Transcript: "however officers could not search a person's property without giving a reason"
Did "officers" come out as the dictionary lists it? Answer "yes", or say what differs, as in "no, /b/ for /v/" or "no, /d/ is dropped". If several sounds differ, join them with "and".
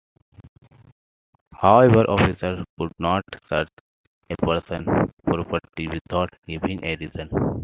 no, /z/ is dropped